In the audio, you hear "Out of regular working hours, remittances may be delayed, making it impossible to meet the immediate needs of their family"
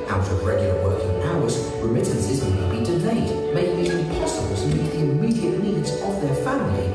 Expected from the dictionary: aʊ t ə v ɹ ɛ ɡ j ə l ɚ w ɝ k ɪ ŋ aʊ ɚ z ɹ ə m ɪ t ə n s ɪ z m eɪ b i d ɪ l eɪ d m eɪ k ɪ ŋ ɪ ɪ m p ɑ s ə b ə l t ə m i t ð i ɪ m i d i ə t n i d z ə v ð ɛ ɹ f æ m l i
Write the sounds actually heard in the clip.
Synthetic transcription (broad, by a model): aʊ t ə v ɹ ɛ ɡ j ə l ɚ w ɝ k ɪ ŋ aʊ ɚ z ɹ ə m ɪ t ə n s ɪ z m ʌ b i d ɪ l eɪ d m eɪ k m ɪ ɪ p ɑ s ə b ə l t ə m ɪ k ð i ɪ m i d i ə t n i d z ə v ð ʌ ɹ f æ m l i